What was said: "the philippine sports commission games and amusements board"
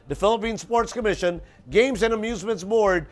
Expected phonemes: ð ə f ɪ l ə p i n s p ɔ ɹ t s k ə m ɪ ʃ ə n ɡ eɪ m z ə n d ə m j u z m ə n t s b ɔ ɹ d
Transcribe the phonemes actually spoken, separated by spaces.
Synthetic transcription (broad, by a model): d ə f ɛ l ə p i n s p ɔ ɹ t s k ə m ɪ ʃ ə n ɡ eɪ m z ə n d ə m j u z m ə n t s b ɔ ɹ d